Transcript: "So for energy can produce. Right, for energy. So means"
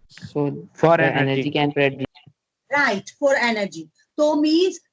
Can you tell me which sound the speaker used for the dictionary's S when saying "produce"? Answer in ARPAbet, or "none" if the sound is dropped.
none